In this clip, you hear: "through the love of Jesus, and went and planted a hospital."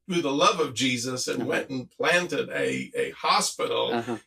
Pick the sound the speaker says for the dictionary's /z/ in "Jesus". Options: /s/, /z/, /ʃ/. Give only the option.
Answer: /z/